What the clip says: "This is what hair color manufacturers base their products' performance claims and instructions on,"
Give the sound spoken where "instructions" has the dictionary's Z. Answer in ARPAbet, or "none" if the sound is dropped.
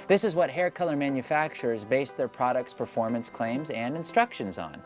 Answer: Z